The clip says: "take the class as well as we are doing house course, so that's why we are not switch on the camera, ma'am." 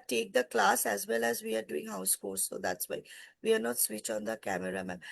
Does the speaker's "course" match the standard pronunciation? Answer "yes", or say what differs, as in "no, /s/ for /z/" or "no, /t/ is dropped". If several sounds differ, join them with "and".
no, /l/ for /ɹ/